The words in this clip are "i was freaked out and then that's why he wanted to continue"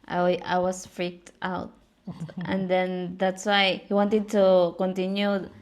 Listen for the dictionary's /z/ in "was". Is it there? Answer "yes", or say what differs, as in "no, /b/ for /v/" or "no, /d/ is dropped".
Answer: no, /s/ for /z/